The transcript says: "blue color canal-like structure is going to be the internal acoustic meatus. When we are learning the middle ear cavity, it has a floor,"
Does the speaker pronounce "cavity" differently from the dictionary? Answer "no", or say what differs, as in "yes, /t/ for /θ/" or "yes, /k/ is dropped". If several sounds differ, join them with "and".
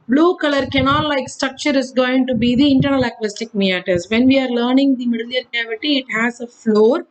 no